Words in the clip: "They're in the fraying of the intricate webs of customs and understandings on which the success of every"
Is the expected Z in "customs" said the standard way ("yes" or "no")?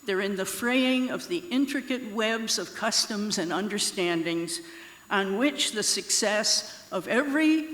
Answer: yes